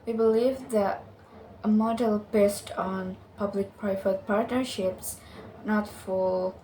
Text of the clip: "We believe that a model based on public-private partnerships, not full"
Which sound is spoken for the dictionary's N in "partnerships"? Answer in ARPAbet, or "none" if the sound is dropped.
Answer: N